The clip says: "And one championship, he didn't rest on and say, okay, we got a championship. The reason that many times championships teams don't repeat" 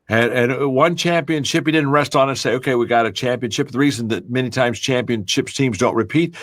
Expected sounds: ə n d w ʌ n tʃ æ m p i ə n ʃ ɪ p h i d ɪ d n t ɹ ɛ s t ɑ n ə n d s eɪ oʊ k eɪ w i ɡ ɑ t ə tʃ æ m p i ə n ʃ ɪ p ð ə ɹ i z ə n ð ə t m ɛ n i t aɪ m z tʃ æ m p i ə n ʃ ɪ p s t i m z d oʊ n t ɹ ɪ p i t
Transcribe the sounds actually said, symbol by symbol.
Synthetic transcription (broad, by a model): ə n w ʌ n tʃ æ m p i ə n ʃ ɪ p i d ɪ d n t ɹ ɛ s t n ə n s eɪ oʊ k eɪ w i ɡ ɑ t ə tʃ æ m p i ə n ʃ ɪ p ð ə ɹ i z ə n ð ə t m ɛ n i t aɪ m z tʃ æ m p i ə n ʃ ɪ p s t i m z d oʊ n t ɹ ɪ p i t